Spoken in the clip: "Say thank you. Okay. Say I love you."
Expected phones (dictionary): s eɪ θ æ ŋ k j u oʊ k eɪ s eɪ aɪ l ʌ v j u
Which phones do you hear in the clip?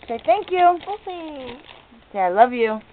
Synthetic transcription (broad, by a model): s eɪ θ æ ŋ k j u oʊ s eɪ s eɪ aɪ l ʌ v j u